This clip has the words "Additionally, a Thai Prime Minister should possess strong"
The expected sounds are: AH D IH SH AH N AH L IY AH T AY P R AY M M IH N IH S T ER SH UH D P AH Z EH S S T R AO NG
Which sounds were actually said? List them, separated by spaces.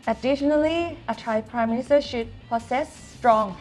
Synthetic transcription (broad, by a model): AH D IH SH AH N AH L IY AH T AY P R AY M M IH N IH S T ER SH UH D P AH S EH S S T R AO NG